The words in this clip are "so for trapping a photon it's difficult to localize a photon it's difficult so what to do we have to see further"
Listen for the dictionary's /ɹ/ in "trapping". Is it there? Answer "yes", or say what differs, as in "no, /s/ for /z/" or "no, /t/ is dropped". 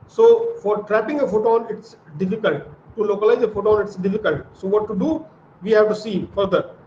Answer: yes